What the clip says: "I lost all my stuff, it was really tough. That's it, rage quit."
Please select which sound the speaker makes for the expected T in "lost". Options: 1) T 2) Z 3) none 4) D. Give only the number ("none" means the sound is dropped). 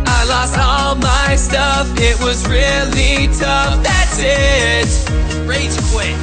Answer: 1